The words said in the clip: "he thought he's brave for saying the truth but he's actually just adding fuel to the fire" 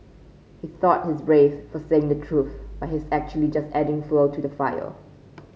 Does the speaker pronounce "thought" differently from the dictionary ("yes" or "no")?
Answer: no